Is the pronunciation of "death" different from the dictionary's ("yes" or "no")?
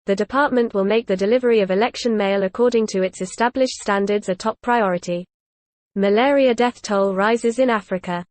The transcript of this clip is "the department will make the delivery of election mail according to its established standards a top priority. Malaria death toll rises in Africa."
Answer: no